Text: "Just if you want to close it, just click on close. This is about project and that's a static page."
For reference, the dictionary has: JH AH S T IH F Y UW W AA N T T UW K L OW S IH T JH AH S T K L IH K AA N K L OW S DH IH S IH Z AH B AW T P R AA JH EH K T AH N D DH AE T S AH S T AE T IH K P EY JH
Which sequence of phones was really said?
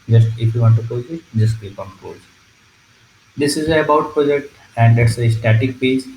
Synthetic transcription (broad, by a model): JH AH S T IH F Y UW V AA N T T UW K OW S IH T JH AH S T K IY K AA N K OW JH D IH S IH Z AH B AW T P R AA JH EH K T AH N D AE T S AH S T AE T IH K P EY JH